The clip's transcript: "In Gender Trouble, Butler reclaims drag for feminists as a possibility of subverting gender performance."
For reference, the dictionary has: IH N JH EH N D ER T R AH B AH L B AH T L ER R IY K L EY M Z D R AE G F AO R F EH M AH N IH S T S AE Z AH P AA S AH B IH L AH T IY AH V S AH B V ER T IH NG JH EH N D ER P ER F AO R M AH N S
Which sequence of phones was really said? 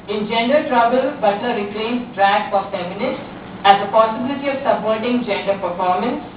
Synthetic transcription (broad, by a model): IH N JH EH N D ER T R AH B AH L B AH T ER R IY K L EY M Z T R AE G F AO R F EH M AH N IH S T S AE Z AH P AA S AH B IH L AH T IY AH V S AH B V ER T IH NG JH EH N D ER P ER F AO R M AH N S